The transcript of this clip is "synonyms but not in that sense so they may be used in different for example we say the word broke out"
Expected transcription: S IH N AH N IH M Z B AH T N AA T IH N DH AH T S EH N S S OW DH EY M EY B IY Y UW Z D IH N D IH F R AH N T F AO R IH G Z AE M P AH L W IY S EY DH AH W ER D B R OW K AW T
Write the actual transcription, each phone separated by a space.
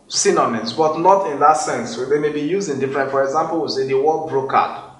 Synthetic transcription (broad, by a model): S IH N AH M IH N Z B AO T N AA T IH N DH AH T S EH N S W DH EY M EY B IY Y UW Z IH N D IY F R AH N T F AO R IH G Z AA M P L W IY S EY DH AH W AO B R OW K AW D